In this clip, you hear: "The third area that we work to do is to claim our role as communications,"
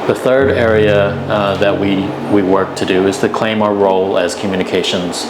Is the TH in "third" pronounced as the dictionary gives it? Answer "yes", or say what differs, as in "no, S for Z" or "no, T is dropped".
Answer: yes